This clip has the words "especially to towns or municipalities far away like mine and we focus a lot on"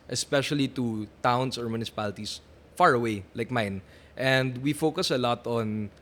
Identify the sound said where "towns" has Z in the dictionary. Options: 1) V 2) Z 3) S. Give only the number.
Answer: 3